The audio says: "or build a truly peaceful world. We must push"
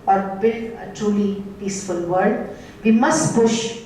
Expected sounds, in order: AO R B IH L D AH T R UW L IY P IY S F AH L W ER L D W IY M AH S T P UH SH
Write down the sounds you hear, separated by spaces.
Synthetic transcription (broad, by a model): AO R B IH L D AH T R UW L IY P IY S F AH L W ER D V IY M AH S T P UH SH